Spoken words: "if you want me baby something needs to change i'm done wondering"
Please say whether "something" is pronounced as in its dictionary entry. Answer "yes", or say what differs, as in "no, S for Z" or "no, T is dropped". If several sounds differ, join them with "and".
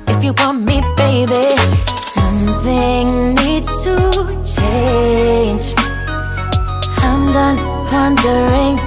yes